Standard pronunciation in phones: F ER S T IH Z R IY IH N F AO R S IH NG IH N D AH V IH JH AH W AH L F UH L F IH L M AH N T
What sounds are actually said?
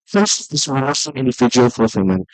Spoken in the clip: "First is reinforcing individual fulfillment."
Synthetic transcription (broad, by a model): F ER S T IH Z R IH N AO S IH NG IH N D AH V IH JH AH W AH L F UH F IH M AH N